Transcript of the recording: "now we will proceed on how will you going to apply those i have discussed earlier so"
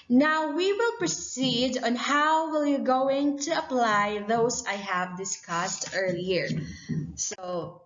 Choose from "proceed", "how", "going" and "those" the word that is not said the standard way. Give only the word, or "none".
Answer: those